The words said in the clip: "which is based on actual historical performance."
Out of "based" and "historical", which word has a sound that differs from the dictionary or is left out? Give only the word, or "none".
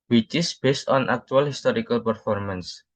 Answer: none